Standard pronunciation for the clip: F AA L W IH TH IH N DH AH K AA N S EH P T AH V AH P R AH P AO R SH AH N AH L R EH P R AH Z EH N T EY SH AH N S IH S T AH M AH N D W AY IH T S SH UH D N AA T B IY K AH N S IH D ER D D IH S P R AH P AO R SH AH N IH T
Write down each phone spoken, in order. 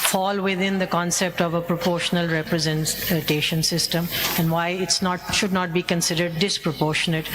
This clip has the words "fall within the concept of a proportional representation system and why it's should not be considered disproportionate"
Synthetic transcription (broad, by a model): F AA L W IH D IH N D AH K AA N S EH P T AH V AH P R AH P AO R SH AH N AH L R EH P R AH Z EH N T EY SH AH N S IH S T AH M AH N D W AY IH T S SH UH D N AA T B IY K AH N S IH D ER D D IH S P R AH P AO R SH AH N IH T